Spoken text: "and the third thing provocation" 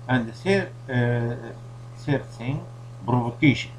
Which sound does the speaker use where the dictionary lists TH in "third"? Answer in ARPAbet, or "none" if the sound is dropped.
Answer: S